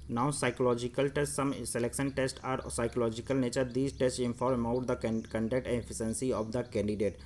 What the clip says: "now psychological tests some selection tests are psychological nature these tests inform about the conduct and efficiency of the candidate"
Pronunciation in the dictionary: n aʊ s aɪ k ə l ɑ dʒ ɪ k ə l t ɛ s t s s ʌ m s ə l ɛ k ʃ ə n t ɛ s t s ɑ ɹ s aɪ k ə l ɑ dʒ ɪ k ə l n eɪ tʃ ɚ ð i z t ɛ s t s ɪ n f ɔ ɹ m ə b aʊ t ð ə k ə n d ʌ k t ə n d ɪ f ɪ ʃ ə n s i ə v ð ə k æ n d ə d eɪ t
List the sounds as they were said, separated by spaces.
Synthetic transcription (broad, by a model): n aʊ s aɪ k ə l ɑ dʒ ɪ k ə l t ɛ s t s s ʌ m s ə l ɛ k ʃ ə n t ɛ s t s ɑ ɹ s aɪ k ə l ɑ dʒ ɪ k ə l n eɪ tʃ ɚ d i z t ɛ s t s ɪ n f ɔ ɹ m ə ʊ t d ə k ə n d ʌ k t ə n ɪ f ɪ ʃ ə n s i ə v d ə k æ n d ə d eɪ t